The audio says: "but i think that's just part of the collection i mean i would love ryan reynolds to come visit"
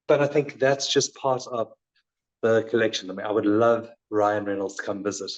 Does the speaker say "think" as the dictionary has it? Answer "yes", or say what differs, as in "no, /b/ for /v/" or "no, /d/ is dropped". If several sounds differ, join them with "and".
yes